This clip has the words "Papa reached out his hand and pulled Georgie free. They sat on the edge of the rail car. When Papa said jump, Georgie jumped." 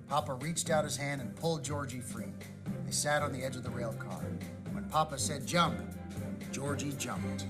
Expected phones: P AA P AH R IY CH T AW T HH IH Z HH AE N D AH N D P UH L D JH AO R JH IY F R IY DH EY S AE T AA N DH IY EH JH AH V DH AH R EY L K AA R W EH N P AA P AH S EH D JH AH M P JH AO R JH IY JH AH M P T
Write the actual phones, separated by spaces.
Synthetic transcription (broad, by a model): P AA P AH R IY CH T AW T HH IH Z HH AE N D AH N P UH L D JH AO R JH IY F R IY DH EY S AE T N DH IY EH JH AH V DH AH R EY L K AA R W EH N P AA P AH S EH D JH AH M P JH AO R JH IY JH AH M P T